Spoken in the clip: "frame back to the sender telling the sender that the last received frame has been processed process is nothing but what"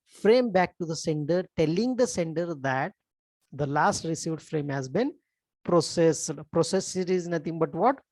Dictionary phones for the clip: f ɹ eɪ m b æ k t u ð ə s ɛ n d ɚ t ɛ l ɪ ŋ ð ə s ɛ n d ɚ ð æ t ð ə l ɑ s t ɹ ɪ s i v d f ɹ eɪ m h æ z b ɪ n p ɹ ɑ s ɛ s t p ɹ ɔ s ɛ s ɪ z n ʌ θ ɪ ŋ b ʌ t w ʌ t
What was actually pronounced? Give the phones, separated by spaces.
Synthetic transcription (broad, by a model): f ɹ eɪ m b æ k t u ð ə s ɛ n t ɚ t ɛ l ɪ ŋ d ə s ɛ n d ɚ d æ t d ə l ɑ s t ɹ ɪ s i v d f ɹ eɪ m h æ z b ɪ n p ɹ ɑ s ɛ s p ɹ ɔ s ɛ s ɪ z n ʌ t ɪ ŋ b ʌ t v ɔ t